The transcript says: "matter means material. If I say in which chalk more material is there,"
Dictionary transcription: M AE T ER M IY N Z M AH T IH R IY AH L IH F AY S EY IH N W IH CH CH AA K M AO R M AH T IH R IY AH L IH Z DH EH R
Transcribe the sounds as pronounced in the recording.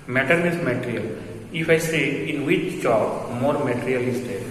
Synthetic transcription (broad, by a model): M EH T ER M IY Z M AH T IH R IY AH L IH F AY S EY IH N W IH CH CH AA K M AO R M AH T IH R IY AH L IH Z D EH R